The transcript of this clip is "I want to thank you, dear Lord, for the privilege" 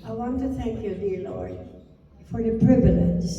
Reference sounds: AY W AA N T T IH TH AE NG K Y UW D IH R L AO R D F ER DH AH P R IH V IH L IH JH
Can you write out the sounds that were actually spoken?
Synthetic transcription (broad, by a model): AY W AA N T T IH TH AE NG K Y UW D IH R L AO R D F ER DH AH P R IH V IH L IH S